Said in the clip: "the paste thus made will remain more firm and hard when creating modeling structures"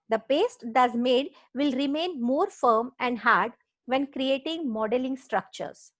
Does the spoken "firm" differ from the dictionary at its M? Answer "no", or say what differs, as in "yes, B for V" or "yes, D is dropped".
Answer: no